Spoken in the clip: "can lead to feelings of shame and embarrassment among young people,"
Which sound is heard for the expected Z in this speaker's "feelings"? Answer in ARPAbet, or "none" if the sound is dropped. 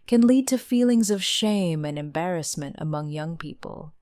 Z